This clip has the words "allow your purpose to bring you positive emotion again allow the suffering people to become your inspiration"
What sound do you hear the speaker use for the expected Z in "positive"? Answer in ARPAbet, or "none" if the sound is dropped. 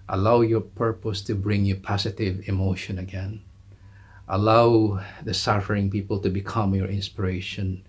S